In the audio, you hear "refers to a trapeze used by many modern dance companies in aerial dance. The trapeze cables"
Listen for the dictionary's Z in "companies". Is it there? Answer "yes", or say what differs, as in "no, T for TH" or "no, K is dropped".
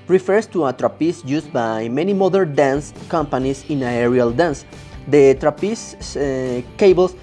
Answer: no, S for Z